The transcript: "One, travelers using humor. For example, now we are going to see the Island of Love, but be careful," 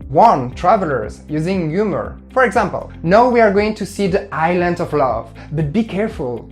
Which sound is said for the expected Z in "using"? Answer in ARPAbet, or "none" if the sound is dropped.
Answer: Z